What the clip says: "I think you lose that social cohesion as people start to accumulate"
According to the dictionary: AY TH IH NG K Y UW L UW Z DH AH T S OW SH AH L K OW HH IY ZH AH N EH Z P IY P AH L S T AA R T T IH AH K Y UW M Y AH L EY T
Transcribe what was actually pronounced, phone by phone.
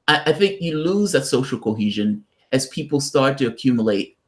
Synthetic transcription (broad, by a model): AY TH IH NG K Y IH L UW Z DH AH T S OW SH L K OW HH IY ZH AH N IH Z P IY P L S T AA R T T IH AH K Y UW M Y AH L EY T